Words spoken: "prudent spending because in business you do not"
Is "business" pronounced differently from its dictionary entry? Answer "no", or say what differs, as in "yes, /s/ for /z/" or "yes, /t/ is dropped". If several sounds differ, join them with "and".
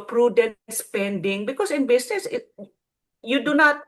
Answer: yes, /s/ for /z/